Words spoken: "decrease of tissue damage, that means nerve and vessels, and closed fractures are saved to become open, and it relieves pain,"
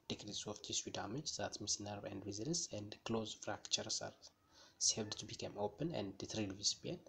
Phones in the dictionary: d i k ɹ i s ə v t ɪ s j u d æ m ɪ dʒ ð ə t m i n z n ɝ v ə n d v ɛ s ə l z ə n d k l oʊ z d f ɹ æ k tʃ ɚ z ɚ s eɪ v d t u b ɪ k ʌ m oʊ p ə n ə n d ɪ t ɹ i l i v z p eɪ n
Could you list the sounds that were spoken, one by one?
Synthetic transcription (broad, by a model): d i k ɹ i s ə f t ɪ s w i d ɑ m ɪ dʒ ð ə t m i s n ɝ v ə n d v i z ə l s ə n d k l oʊ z f ɹ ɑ k tʃ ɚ s ɚ s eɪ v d t u b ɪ k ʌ m oʊ p ə n ə n d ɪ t ɹ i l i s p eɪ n